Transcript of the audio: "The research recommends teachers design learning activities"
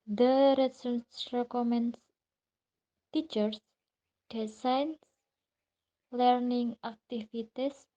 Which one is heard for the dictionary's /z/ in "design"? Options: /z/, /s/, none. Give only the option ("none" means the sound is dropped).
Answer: /s/